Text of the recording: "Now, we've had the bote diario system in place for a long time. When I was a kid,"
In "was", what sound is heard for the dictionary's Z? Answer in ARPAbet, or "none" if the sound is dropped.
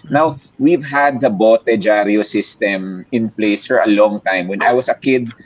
S